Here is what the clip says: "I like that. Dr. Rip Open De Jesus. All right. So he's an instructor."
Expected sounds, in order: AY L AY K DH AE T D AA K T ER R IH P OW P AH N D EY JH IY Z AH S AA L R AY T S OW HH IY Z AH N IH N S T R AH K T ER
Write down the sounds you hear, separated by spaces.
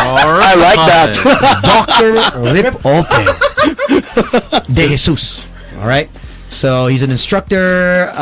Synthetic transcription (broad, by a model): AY L AY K DH AE T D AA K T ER R IH P OW AH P D EY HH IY S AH S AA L R AY T S OW HH IY Z AH N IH N S T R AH K T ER